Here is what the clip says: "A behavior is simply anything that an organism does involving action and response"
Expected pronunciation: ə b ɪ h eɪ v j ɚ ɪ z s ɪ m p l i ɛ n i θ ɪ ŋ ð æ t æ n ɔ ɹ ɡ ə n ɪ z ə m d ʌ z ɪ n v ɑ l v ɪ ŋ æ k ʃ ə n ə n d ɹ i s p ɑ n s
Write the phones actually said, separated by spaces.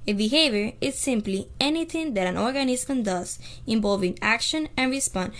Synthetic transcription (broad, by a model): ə b ɪ h eɪ v j ɚ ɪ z s ɪ m p l i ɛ n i t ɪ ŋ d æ t æ n ɔ ɹ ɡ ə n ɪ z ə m d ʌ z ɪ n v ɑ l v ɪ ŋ æ k ʃ ə n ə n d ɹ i s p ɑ n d